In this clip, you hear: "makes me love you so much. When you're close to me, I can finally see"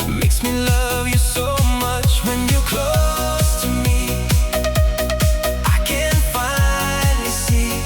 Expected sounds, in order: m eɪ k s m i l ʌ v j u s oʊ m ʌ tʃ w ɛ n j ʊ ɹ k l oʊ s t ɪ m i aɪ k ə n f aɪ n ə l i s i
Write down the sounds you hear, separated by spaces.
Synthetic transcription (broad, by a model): m eɪ k s m i l ʌ v j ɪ s oʊ m ʌ tʃ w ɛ n j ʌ ɹ k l oʊ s t ɪ m i aɪ k ə n f aɪ ə n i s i